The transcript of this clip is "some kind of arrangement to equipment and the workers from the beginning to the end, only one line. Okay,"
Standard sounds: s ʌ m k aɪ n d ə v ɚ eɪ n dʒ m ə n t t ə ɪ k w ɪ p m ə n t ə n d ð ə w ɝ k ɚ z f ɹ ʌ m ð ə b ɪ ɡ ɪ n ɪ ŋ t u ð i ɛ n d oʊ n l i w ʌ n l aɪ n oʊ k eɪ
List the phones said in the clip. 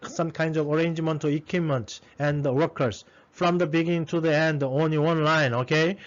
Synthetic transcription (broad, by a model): s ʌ m k aɪ n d ə v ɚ eɪ n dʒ m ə n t t ə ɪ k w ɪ m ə n t ə n d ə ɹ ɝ k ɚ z f ɹ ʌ m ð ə b ɪ ɡ ɪ n ɪ ŋ t u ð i ɛ n d oʊ n l i w ʌ n l aɪ n oʊ k eɪ